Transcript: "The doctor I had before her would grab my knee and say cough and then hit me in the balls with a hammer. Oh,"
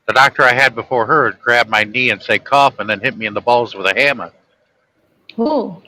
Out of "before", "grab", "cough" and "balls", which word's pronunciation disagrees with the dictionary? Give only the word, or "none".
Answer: none